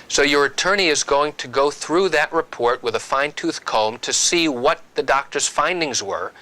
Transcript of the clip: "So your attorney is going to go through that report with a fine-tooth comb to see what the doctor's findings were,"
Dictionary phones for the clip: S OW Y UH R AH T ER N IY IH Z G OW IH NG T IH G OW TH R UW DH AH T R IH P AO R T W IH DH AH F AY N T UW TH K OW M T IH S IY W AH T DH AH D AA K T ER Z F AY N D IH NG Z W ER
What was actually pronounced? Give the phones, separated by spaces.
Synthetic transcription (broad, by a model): S OW Y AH R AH T ER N IY IH Z G OW IH NG T IH G OW TH R UW DH AH T R IH P AO R T W IH DH AH F AY N T UW TH K OW M T IH S IY W AH T DH AH D AA K T ER Z F AY N D IH NG Z W ER